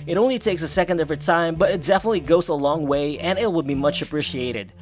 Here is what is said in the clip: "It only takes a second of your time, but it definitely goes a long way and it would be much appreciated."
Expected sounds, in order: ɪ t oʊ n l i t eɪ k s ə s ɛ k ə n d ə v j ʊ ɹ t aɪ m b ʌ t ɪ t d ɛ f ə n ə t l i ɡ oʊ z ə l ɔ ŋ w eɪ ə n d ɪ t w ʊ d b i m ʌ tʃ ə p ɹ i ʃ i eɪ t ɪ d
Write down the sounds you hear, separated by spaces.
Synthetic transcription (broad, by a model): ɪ t oʊ n l i t eɪ k s ə s ɛ k ə n d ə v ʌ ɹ t aɪ m b ʌ t ɪ t d ɛ f ə n ə t l i ɡ oʊ z ə l ɔ ŋ w eɪ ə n ɪ t w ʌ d b i m ʌ tʃ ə p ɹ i ʃ i eɪ t ɪ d